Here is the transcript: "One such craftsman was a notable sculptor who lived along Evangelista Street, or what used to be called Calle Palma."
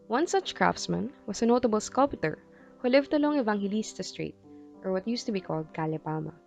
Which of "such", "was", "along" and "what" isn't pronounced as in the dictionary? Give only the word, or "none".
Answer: was